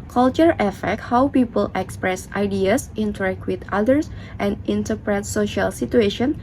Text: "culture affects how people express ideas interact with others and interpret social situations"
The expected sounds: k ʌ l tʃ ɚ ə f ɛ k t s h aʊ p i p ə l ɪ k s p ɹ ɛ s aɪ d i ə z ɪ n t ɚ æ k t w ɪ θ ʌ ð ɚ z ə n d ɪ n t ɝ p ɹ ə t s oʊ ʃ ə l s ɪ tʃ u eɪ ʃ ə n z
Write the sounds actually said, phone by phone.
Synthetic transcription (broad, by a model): k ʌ l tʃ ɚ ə f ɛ k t h aʊ p i p ə l ɪ k s p ɹ ɛ s aɪ d i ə s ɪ n t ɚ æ k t w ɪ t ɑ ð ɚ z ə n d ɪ n t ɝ p ɹ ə t s oʊ ʃ ə l s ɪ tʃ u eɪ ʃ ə n